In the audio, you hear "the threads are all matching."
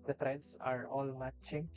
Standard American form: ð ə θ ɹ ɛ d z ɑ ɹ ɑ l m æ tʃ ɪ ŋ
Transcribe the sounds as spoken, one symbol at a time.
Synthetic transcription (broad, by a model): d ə t ɹ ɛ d s ɑ ɹ ɑ l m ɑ tʃ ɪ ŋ